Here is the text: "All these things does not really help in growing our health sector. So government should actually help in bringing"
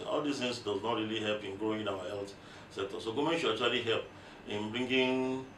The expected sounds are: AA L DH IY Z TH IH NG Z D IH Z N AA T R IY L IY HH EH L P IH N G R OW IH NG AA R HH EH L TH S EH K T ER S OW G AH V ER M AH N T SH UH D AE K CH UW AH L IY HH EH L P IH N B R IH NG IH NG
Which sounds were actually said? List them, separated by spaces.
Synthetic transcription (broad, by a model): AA L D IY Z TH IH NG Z D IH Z N AA T R IY L IY HH EH L P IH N G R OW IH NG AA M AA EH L T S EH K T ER S OW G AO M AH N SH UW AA CH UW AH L IY HH EH L P IH N B R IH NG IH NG